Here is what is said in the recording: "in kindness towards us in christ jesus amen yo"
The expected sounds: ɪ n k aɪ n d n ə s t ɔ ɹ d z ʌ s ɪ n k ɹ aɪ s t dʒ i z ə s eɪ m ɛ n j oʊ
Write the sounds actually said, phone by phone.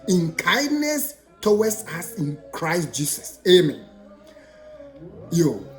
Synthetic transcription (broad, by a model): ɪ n k aɪ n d n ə s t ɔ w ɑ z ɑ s ɪ n k ɹ aɪ s t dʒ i s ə s eɪ m ɛ n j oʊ